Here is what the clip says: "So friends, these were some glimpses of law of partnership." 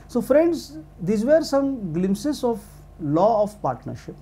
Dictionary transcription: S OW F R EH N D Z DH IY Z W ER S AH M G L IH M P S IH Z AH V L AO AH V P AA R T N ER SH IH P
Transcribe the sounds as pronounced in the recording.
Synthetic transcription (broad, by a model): S OW F R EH N D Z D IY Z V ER S AH M G L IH M S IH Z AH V L AO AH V P AA R T N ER SH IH P